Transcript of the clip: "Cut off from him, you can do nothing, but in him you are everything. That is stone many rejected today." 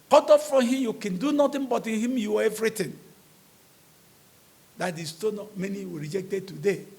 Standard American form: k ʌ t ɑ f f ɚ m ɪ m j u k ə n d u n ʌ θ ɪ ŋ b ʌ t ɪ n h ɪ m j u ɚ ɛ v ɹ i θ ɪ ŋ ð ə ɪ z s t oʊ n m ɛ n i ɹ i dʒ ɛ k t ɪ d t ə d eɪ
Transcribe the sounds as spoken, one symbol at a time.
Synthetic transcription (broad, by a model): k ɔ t ɑ f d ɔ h ɪ m j u k ə n d u n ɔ t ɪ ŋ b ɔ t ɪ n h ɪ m j u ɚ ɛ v ɹ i t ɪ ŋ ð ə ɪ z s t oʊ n m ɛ n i ɹ i dʒ ɛ k t ɪ d t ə d eɪ